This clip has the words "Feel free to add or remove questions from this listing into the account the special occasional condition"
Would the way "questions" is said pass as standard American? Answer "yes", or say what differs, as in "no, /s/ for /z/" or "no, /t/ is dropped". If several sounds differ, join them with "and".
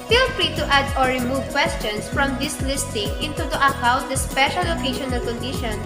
no, /s/ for /z/